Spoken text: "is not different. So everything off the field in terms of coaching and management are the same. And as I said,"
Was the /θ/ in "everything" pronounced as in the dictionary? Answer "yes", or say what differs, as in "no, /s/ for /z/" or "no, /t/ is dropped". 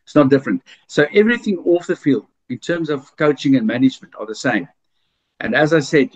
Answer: yes